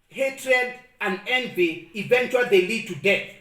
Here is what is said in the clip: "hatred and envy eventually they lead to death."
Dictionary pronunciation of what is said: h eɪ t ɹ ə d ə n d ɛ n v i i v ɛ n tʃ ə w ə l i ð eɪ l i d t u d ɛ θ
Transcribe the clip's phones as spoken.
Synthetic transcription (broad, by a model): h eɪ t ɹ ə d ə n d ɛ n v i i v ɛ n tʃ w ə l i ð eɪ l i d t u d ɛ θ